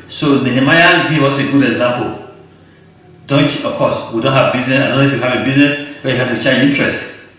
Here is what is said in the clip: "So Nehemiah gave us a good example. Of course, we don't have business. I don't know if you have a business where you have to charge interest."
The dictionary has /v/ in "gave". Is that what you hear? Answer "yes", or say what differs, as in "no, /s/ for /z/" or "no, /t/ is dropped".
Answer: no, /w/ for /v/